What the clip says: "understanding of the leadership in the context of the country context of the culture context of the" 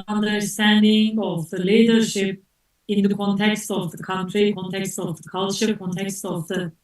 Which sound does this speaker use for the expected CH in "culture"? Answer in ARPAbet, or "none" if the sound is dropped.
SH